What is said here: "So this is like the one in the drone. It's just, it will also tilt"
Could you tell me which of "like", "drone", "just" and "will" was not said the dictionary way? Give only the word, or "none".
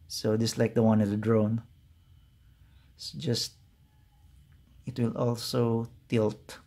drone